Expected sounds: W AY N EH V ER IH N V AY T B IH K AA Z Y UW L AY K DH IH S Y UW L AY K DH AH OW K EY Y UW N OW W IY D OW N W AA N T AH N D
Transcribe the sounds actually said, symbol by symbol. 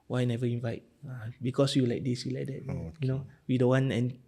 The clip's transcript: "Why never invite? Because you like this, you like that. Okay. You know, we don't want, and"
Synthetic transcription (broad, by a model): W AY N EH V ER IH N V AY T B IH K AA S Y UW L AY K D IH S Y UW L AY K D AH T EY Y UW N OW W IY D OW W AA N AH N